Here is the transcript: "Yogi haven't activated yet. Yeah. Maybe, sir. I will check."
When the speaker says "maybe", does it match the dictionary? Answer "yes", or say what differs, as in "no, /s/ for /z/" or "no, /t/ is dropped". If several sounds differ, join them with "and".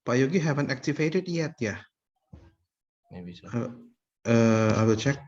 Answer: no, /b/ is dropped